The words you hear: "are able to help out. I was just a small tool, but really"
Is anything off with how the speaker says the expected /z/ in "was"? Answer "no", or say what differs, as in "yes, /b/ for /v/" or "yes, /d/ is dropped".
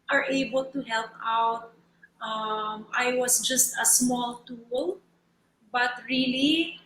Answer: yes, /s/ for /z/